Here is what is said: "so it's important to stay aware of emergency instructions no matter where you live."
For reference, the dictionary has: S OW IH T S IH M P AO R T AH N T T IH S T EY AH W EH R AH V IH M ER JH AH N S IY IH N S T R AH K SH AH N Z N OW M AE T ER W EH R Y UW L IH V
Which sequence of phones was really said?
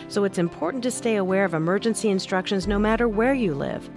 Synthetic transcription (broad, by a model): S OW IH T S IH M P AO R T N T T IH S T EY AH W EH R AH V IH M ER JH AH N S IY IH N S T R AH K SH AH N Z N OW M AE T ER W EH R Y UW L IH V